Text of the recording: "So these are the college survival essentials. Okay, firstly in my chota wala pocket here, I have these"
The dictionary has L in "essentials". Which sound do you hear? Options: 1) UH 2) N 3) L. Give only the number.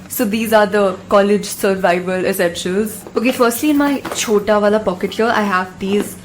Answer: 2